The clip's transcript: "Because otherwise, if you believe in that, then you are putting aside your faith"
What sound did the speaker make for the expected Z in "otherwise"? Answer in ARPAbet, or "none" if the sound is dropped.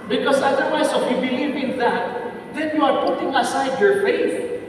S